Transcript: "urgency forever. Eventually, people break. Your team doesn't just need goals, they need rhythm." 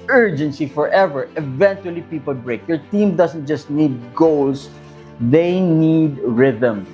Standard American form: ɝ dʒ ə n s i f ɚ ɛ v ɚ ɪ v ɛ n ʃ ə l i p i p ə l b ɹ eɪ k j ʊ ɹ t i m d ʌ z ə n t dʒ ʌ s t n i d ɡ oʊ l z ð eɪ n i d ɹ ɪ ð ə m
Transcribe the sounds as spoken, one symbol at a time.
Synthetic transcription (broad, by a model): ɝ dʒ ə n s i f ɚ ɛ v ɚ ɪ v ɛ n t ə l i p i p ə l b ɹ eɪ k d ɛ ɹ t i m d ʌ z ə n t dʒ ʌ s t n i d ɡ oʊ l s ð eɪ n i d ɹ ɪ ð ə m